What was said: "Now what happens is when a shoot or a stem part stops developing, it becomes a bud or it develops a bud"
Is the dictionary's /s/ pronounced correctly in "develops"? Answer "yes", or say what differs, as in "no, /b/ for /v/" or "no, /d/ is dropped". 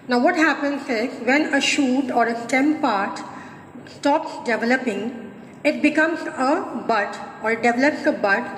yes